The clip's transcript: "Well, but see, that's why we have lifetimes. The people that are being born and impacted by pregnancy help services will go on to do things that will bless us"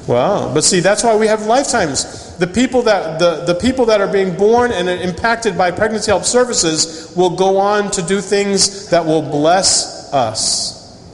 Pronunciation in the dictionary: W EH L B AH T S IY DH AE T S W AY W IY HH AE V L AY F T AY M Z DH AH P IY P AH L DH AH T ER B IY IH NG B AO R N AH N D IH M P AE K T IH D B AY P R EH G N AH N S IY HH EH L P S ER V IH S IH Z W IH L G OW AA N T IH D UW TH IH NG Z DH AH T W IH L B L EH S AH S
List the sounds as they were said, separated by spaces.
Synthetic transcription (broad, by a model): W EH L B AH T S IY DH AE T S W AY W IY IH V L AY F T AY M Z DH AH P IY P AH L DH AH T ER B IY IH NG B AO R N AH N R IH M P AE K T IH D B AY P R EH G N AH N S IY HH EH L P S ER V IH S IH Z W IH L G OW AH N T IH D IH TH IH NG Z DH AH T W IH L B L EH S AH S